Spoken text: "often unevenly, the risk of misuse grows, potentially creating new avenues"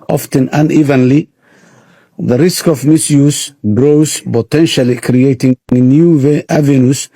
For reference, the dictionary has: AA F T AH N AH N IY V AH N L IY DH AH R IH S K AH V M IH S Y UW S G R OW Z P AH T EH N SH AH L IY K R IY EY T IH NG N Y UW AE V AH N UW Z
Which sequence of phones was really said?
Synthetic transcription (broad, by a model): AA F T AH N AH N IY V AH N L IY DH AH R IH S K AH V M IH S Y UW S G R OW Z P AH T EH N SH AH L IY K R IY EY T IH NG N Y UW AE V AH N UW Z